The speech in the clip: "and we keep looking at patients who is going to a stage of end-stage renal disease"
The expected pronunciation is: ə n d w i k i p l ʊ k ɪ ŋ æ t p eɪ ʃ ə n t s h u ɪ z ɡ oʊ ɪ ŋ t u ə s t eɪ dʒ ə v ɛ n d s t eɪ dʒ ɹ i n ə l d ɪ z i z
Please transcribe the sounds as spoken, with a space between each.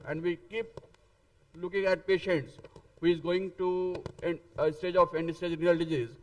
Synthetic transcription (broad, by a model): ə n d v i k i p l ʊ k ɪ ŋ æ t p eɪ ʃ ə n t s h u ɪ z ɡ oʊ ɪ ŋ t u ə s t eɪ dʒ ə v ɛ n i s t eɪ dʒ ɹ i ə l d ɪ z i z